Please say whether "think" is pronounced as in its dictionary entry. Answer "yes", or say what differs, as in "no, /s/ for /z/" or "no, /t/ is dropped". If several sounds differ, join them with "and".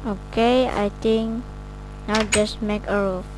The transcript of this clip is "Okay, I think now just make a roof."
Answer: no, /t/ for /θ/